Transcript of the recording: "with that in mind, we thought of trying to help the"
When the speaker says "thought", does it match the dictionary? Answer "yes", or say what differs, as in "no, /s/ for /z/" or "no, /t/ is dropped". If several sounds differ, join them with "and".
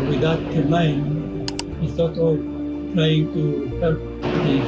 no, /s/ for /θ/